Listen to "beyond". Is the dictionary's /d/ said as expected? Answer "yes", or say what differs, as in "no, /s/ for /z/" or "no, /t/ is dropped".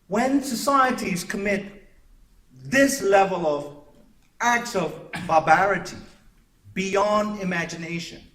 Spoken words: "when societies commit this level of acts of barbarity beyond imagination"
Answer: yes